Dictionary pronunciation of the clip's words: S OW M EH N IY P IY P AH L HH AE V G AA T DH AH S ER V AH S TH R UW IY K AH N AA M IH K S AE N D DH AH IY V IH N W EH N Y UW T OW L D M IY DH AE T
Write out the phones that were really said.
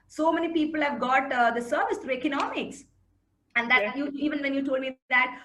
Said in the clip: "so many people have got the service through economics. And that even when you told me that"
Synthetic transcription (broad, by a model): S OW M EH N IY P IY P AH L HH AE V G AA T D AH S ER V AH S T R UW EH K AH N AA M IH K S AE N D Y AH IY V IH N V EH N Y UW T OW L D M IY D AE T